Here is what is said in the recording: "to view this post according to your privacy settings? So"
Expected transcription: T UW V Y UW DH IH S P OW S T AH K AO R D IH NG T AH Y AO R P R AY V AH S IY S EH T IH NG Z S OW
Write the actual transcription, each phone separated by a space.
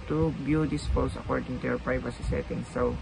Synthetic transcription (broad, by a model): T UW B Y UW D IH S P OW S AH K AO R D IH NG T AH Y AO R P R AY V AH S IY S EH T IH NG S OW